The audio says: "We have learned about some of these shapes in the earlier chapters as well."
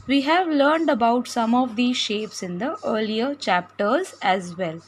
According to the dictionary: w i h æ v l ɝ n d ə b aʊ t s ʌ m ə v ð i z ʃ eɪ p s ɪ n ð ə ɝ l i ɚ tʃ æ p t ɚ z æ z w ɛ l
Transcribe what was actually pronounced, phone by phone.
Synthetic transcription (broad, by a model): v i h æ v l ɝ n d ə b aʊ t s ʌ m ə v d i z ʃ eɪ p s ɪ n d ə ɝ l i ɚ tʃ æ p t ɚ z æ z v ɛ l